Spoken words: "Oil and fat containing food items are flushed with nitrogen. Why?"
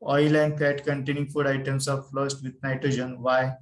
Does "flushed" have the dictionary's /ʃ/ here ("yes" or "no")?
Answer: no